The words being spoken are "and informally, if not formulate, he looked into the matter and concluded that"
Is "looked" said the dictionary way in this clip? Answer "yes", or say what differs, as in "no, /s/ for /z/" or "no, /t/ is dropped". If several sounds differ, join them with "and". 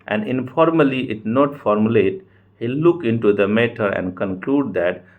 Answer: no, /t/ is dropped